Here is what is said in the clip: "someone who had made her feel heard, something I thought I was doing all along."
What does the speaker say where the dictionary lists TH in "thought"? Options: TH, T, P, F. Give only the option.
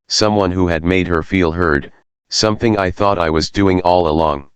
TH